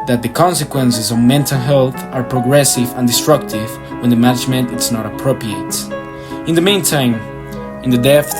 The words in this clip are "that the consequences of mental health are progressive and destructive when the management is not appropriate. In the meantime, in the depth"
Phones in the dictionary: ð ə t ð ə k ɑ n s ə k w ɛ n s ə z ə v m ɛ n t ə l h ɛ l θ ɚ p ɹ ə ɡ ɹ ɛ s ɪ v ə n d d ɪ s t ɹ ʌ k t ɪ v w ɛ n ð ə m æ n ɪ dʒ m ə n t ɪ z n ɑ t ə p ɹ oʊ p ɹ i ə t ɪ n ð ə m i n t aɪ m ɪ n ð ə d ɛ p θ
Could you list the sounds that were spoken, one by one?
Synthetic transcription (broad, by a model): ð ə t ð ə k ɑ n s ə k w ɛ n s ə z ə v m ɛ n t ə l h ɛ l θ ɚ p ɹ ə ɡ ɹ ɛ s ɪ v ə n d d ɪ s t ɹ ʌ k t ɪ v w ɛ n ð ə m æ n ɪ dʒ m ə n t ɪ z n ɑ t ə p ɹ oʊ p ɹ i ə t ɪ n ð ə m i n t aɪ m ɪ n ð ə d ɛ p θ